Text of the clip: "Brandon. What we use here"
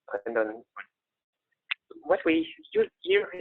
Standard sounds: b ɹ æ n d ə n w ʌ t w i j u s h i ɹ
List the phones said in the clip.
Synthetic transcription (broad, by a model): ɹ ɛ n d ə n w ʌ t w i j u h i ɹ